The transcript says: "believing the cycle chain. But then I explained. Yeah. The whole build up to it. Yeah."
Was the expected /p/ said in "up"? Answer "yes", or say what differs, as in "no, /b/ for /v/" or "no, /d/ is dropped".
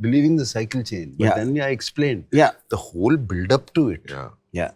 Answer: yes